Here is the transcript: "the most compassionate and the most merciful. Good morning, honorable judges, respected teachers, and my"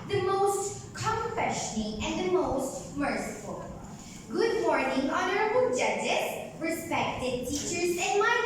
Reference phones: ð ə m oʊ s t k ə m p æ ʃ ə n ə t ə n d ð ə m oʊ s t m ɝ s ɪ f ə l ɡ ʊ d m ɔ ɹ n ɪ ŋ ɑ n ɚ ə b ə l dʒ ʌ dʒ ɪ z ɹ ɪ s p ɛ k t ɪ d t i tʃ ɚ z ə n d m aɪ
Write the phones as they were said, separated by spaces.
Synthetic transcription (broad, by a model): ð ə m oʊ s t k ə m f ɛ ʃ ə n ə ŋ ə n ð ə m oʊ s t m ɝ s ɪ f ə l ɡ ʊ d m ɔ ɹ n ɪ ŋ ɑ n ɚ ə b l dʒ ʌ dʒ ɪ s ɹ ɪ s p ɛ k t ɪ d t i tʃ ɚ z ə n m aɪ